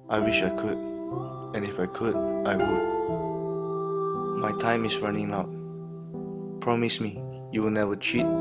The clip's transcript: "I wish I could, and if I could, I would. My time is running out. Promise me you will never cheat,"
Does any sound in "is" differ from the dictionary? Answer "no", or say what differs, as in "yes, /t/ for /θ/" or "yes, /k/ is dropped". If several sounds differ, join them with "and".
yes, /s/ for /z/